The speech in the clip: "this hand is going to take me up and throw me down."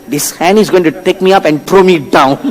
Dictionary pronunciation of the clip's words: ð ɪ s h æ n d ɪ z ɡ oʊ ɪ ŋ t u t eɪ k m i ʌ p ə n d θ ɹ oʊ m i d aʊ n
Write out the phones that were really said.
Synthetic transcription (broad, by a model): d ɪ s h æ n ɪ z ɡ oʊ ɪ ŋ t u t eɪ k m i ʌ p ə n d t ɹ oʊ m i d aʊ n